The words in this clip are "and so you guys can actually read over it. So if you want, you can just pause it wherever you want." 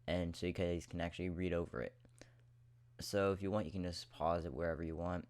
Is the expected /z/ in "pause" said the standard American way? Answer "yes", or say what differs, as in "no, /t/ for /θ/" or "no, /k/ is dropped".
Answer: yes